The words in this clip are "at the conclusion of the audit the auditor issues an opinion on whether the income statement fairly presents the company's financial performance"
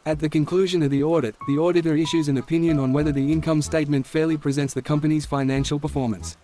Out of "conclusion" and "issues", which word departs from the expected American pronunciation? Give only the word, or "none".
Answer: none